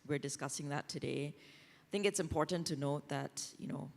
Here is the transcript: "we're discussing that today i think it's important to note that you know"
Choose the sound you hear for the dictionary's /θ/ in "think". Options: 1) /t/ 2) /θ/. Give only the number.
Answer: 2